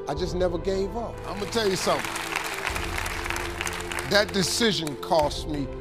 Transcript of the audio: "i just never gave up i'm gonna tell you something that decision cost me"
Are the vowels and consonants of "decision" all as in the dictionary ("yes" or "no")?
yes